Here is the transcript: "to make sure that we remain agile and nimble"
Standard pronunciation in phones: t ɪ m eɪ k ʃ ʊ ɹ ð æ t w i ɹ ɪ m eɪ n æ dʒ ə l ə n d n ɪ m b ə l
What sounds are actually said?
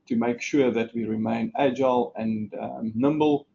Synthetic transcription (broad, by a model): t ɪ m eɪ k ʃ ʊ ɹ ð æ t w i ɹ ɪ m eɪ n æ dʒ ə l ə n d n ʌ m b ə l